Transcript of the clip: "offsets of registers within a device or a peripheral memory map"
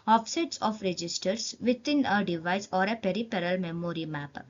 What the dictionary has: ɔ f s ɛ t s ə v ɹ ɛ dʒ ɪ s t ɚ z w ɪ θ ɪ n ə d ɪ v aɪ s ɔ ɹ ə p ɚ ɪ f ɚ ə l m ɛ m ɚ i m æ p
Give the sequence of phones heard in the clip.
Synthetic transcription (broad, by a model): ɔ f s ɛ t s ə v ɹ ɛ dʒ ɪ s t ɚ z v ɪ t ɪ n ə d ɪ v aɪ s ɔ ɹ ə p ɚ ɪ p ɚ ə l m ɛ m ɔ i m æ p